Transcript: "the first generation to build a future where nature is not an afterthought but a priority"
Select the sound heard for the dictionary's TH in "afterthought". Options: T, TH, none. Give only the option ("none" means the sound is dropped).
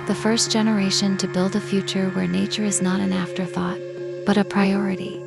TH